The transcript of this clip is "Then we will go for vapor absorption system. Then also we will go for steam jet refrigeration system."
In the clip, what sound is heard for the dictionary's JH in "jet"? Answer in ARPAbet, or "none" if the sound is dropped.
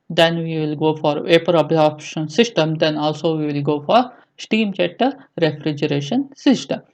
CH